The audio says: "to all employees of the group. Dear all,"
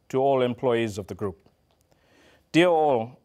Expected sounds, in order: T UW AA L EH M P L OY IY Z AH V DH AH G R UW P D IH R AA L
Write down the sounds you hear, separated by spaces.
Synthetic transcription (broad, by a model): T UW AA L EH M P L OY IY Z AH V DH AH G R UW P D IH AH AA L